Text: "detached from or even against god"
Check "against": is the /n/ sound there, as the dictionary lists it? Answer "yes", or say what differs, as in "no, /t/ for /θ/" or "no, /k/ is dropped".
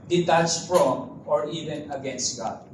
yes